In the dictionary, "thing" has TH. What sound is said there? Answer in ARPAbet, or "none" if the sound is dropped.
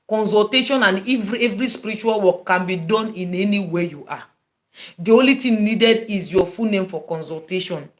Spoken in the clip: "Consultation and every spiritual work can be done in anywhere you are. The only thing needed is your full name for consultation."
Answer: T